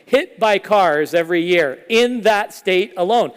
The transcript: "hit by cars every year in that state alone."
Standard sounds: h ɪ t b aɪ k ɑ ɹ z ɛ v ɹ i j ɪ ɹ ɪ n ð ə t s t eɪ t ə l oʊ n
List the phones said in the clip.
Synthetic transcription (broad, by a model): h ɪ t b aɪ k ɑ ɹ z ɛ v ɹ i j ɪ ɹ ɪ n ð ə t s t eɪ t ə l oʊ n